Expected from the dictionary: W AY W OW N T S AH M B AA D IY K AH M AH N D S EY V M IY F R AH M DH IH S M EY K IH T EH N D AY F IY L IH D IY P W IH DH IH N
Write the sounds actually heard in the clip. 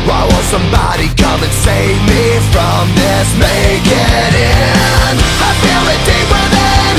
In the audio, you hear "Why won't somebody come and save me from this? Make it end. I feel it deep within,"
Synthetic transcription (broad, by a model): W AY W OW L S AH M B AA D IY K AH M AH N S EY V M IY F R AH M DH IH S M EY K IH T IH N AY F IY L IH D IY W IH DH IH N